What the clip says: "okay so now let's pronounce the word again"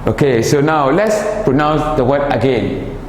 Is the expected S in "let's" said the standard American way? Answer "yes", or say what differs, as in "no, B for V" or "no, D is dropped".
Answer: yes